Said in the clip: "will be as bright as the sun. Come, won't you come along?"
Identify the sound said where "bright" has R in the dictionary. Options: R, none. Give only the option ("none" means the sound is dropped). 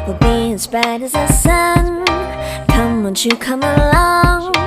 none